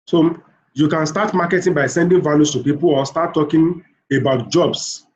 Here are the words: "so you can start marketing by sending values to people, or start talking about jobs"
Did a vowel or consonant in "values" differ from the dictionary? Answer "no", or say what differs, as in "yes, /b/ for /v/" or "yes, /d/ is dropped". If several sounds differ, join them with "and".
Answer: yes, /s/ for /z/